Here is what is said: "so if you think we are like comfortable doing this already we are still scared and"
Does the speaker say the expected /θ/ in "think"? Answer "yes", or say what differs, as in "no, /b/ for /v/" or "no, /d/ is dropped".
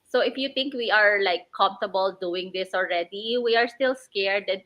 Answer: no, /t/ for /θ/